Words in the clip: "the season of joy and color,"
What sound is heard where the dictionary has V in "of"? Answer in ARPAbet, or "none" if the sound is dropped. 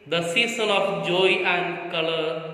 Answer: P